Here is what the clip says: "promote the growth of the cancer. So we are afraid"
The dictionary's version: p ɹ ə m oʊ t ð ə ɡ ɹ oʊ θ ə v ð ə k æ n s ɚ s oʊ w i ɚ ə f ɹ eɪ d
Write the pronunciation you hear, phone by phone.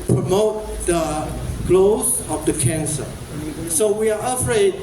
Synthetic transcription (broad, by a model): p ɹ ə m oʊ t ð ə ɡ l oʊ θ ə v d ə k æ n s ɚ s oʊ w i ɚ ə f ɹ eɪ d